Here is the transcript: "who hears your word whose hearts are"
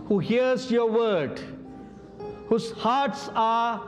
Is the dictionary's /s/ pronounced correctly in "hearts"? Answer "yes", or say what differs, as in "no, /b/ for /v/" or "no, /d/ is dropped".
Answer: yes